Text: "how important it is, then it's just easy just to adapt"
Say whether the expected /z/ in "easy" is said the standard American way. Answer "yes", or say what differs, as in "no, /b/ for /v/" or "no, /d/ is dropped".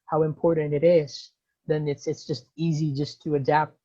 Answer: yes